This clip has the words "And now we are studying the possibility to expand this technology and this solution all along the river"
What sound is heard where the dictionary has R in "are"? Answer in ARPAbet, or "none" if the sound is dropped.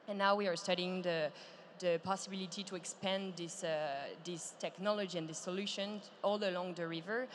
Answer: R